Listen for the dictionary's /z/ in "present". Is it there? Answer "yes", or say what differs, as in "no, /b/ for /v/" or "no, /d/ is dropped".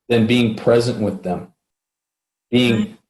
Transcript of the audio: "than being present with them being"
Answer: yes